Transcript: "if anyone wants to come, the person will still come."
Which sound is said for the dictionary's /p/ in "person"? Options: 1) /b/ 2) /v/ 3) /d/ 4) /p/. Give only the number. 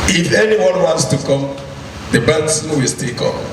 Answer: 1